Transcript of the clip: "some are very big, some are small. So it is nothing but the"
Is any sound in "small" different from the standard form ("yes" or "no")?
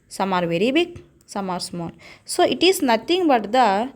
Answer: yes